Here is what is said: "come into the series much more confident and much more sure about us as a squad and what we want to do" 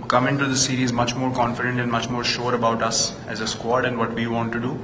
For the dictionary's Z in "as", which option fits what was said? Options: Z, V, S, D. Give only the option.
Z